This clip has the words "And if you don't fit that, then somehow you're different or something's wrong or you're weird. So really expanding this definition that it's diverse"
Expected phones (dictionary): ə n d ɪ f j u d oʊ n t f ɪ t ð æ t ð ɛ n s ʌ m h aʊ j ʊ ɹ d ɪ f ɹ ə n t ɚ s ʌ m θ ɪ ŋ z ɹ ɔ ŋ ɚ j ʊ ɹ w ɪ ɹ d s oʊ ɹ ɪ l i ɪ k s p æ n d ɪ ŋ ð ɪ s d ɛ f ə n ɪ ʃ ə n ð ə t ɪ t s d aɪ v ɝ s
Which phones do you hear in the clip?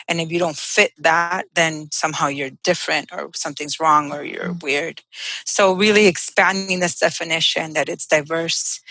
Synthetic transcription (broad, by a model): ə n ɪ f j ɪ d oʊ n t f ɪ t ð æ t ð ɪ n s ʌ m h aʊ j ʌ ɹ d ɪ f ɹ ə n t ɚ s ʌ m θ ɪ ŋ z ɹ ɔ ŋ ɚ j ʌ ɹ w ɪ ɹ d s oʊ ɹ ɪ l i ɪ k s p æ n d ɪ ŋ ð ɪ s d ɛ f ə n ɪ ʃ ə n ð ə t ɪ t s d aɪ v ɝ s